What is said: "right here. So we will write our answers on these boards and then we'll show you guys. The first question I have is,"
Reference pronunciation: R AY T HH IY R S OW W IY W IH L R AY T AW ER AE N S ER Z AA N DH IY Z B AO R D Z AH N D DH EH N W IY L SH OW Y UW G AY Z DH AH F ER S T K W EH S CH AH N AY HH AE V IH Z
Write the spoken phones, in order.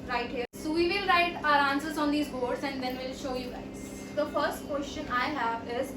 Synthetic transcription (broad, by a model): R AY T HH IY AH S OW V IY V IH L R AY T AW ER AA N S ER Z AA N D IY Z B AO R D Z AH N D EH N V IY L SH OW Y UW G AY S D AH F ER S T K W EH S CH AH N AY HH AE V IH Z